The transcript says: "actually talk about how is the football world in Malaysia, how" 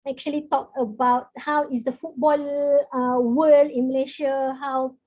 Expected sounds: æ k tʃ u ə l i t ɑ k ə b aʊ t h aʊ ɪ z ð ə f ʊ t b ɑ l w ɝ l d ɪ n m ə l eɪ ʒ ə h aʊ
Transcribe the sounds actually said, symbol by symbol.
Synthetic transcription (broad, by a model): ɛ k tʃ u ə l i t ɑ k ə b aʊ t h aʊ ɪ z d ə f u t b ɑ l w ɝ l ɪ n m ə l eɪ ʃ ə h aʊ